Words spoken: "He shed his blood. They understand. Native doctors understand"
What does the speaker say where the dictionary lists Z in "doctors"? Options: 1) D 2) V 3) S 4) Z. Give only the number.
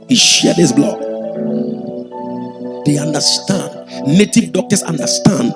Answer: 3